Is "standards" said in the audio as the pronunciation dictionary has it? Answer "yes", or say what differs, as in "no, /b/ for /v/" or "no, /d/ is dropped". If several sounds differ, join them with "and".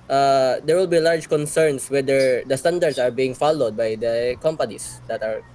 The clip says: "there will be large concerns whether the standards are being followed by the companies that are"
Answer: no, /s/ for /z/